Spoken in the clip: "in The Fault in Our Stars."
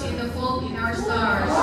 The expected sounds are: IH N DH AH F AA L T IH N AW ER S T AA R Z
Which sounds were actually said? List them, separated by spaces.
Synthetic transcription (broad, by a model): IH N DH AH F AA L IH N AW ER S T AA R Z